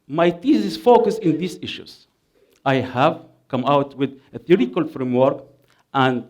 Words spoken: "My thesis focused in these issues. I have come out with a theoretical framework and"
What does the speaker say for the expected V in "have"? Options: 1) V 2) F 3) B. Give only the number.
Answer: 1